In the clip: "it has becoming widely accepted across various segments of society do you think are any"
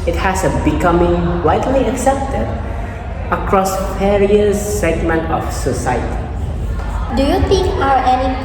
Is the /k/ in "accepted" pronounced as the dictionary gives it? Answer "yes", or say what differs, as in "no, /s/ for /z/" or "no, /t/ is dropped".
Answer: yes